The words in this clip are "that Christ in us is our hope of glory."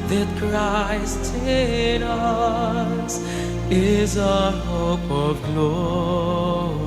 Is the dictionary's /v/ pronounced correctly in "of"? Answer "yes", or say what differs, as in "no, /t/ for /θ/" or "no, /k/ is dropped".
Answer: yes